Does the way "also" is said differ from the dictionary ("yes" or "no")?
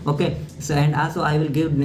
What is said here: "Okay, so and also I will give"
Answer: no